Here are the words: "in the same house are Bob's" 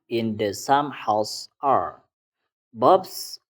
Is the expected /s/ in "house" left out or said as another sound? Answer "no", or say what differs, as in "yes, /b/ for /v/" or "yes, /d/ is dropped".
no